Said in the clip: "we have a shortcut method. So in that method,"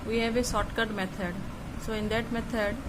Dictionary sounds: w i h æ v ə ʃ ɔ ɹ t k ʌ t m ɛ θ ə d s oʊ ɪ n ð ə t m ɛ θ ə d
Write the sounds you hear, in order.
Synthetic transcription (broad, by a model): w i h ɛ v ə s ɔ t k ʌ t m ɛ t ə d s oʊ ɪ n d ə t m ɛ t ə d